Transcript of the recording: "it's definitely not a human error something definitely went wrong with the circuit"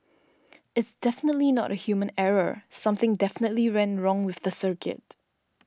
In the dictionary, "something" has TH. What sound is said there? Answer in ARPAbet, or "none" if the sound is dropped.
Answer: TH